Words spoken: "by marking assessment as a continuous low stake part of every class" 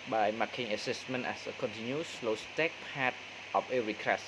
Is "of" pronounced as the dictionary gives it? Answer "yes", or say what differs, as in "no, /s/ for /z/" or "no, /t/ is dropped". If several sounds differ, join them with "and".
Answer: no, /p/ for /v/